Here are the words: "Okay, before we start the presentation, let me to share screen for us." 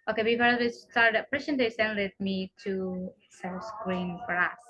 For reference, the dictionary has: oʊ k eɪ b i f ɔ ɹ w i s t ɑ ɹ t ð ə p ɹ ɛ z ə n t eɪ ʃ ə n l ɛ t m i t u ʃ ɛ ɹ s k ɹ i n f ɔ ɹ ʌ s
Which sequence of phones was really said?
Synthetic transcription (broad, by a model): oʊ k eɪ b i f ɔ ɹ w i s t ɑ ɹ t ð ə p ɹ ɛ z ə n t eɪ s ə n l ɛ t m i t u s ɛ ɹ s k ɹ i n f ɔ ɹ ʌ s